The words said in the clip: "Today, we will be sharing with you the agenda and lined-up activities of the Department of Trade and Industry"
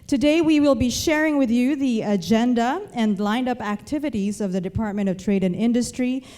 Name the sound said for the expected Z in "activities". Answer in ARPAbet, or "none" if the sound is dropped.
Z